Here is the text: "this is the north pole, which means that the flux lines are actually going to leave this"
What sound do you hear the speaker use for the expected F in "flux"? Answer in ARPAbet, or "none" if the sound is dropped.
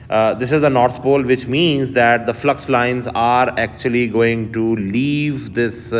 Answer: F